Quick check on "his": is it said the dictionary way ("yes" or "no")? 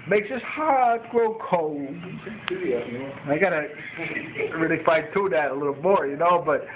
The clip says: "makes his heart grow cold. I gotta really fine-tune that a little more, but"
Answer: no